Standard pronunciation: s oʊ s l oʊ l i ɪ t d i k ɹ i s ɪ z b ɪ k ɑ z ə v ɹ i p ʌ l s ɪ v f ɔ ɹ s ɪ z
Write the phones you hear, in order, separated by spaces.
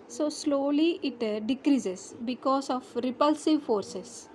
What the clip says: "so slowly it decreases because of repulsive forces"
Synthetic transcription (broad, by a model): s oʊ s l oʊ l i ɪ t d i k ɹ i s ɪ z b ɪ k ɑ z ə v ɹ i p ʌ l s ɪ v f ɔ ɹ s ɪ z